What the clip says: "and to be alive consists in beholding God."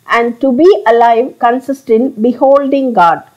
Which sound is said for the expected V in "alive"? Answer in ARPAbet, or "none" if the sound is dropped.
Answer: V